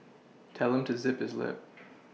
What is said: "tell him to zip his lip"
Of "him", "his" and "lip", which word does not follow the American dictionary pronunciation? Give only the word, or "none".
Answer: none